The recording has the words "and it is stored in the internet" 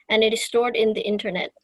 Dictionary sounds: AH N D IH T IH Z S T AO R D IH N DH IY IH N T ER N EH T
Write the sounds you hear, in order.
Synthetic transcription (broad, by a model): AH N IH T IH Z S T AO R D IH N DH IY IH N T ER N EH T